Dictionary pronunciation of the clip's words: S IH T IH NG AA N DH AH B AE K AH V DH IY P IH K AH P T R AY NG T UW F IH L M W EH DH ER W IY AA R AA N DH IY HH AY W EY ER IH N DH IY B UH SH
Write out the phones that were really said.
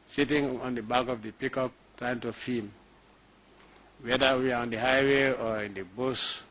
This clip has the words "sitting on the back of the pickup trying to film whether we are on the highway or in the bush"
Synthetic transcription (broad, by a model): S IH T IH NG AA N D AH B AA K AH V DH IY P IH K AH P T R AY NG T UW F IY M W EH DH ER W IY AA R AA N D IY HH AY W EY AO IH N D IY B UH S